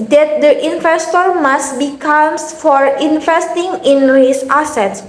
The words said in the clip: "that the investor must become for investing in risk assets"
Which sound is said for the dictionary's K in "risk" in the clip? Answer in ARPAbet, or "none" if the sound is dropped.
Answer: none